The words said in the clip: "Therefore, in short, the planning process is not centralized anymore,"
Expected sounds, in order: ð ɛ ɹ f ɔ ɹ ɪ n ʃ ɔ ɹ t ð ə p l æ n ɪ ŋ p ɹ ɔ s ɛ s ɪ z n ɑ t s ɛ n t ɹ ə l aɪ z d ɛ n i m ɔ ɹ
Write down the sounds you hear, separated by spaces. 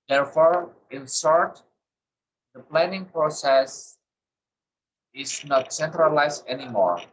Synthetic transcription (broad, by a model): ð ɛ ɹ f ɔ ɹ ɪ n s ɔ ɹ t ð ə p l æ n ɪ ŋ p ɹ ɔ s ɛ s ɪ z n ɑ t s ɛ n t ɹ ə l aɪ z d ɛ n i m ɔ ɹ